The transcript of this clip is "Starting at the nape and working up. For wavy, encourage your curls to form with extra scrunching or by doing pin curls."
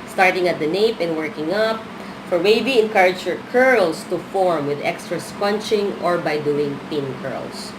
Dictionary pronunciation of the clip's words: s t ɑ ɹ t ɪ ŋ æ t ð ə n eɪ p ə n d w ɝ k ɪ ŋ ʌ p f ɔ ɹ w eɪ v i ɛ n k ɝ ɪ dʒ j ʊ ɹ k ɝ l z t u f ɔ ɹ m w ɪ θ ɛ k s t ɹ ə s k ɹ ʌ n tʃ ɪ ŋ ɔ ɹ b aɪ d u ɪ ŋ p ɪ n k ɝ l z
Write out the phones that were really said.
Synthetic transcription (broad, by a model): s t ɑ ɹ t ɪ ŋ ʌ t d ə n eɪ p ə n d w ɝ k ɪ ŋ ʌ p f ɔ ɹ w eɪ b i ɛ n k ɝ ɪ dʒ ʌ ɹ k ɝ l s t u f ɔ ɹ m w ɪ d ɛ k s t ɹ ə s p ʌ n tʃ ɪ ŋ ɔ ɹ b aɪ d u ɪ ŋ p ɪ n k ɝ l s